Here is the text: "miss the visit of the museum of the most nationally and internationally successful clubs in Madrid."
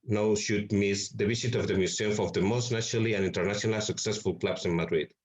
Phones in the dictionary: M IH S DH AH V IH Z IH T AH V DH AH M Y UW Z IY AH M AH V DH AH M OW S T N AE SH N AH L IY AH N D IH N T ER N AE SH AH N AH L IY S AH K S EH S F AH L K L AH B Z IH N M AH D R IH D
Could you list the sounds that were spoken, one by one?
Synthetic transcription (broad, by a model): M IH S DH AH B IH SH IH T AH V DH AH M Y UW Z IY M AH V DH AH M OW S T N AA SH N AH L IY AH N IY N T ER N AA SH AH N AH L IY S AH K S EH S F AH L K L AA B S IH N M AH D R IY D